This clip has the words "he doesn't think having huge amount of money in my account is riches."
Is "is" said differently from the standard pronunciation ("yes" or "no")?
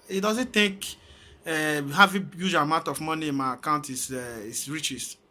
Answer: yes